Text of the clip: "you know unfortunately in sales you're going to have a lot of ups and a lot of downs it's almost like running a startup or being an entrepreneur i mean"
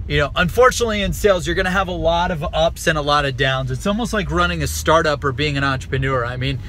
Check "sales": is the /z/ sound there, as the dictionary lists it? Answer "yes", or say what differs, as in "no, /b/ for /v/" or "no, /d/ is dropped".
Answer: yes